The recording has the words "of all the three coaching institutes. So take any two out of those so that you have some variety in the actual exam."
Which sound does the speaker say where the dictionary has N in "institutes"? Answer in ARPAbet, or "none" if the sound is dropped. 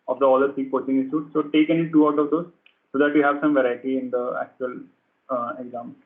none